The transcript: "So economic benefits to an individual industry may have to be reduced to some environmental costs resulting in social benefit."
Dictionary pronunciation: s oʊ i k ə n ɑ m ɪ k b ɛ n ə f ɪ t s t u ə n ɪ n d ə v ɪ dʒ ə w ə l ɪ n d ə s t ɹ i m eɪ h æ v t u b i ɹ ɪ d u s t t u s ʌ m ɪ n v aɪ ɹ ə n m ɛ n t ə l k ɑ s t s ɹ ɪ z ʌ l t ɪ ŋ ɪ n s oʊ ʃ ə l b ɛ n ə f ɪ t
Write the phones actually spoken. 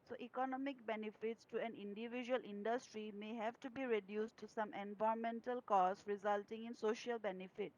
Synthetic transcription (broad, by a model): s oʊ i k ə n ɑ m ɪ k b ɛ n ə f ɪ t s t u ə n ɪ n d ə v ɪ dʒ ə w ə l ɪ n d ə s t ɹ i m eɪ h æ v t u b i ɹ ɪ d u s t t u s ʌ m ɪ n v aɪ ə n m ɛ n t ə l k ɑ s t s ɹ ɪ z ʌ l t ɪ ŋ ɪ n s oʊ ʃ ə l b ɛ n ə f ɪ t